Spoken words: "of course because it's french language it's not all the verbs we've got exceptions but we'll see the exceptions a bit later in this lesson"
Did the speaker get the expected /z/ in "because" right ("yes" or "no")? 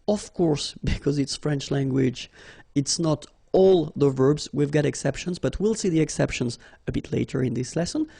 yes